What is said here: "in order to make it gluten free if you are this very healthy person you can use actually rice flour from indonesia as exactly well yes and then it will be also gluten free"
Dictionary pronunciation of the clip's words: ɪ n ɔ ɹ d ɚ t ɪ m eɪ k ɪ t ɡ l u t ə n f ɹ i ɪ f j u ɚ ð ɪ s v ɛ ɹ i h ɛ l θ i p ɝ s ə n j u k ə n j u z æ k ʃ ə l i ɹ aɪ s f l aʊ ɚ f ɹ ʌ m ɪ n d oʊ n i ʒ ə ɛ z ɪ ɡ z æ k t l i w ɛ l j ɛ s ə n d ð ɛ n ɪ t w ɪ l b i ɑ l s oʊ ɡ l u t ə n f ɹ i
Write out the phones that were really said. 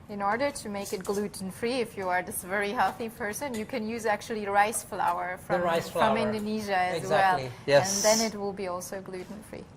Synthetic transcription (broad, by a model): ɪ n ɔ ɹ d ɚ t ɪ m eɪ k ɪ t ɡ l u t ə n f ɹ i ɪ f j u ɚ ð ɪ s v ɛ ɹ i h ɛ l θ i p ɝ s ə n j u k ə n j u z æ k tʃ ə l i ɹ aɪ s f l aʊ ɚ f ɹ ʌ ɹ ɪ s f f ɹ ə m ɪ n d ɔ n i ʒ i w ɛ l j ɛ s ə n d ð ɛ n ɪ t w ɪ l b i ɑ l s oʊ ɡ l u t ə n f ɹ i